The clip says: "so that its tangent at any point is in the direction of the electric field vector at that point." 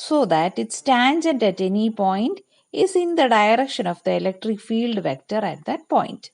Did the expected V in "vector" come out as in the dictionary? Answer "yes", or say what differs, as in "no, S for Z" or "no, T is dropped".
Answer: yes